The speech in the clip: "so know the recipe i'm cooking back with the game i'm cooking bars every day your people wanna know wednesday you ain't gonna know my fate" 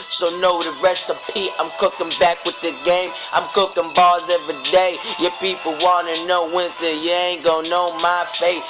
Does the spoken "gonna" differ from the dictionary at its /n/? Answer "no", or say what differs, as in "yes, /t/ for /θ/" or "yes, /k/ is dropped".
yes, /n/ is dropped